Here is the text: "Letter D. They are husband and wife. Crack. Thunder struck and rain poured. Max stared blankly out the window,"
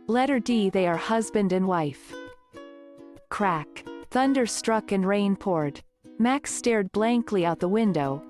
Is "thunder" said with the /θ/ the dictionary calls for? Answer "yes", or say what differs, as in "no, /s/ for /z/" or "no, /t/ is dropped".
yes